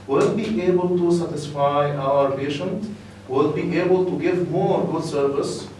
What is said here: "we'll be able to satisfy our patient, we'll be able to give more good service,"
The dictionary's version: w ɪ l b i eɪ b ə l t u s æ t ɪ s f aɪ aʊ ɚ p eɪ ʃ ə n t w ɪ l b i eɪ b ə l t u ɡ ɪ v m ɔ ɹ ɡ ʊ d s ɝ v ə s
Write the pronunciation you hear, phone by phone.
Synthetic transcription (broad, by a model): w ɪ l b i eɪ b ə l t u s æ t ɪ s f aɪ aʊ ɚ p eɪ ʃ ə n t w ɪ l b i eɪ b ə l t u ɡ ɪ v m ɔ ɹ ɡ ʊ d s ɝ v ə s